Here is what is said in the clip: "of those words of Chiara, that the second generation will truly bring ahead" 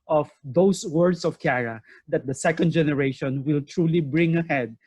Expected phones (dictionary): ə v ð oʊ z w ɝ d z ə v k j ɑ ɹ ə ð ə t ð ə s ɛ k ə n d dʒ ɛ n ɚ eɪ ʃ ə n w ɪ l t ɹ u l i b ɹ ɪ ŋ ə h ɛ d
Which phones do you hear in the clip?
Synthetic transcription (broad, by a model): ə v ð oʊ s w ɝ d s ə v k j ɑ ɹ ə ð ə t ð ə s ɛ k ə n d dʒ ɛ n ɚ eɪ ʃ ə n w ɪ l t ɹ u l i b ɹ ɪ ŋ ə h ɛ d